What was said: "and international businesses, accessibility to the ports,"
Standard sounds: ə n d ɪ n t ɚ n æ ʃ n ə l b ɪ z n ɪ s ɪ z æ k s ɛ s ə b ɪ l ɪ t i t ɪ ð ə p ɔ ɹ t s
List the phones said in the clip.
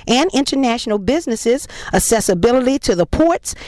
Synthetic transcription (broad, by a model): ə n ɪ n t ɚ n æ ʃ n l b ɪ z n ɪ s ɪ z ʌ s ɛ s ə b ɪ l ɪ t i t ɪ ð ə p ɔ ɹ t s